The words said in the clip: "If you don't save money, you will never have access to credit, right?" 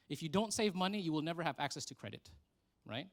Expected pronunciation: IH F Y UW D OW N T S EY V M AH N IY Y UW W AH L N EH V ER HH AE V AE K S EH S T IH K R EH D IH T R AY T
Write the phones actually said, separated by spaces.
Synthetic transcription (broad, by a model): IH F Y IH D OW N T S EY V M AH N IY Y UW W AH L N EH V ER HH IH V AE K S EH S T IH K R EH D IH T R AY T